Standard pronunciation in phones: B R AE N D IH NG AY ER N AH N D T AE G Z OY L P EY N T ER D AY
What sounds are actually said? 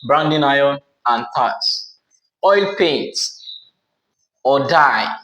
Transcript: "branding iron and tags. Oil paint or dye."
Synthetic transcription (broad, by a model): B R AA N D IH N AY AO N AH N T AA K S OY L P EY N T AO D AY